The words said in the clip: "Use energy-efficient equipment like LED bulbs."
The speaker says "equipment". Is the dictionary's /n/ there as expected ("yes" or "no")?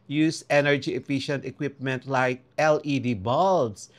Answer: yes